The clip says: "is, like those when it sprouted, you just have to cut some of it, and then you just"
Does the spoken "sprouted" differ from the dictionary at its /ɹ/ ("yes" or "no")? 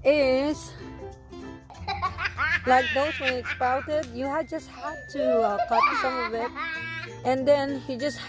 yes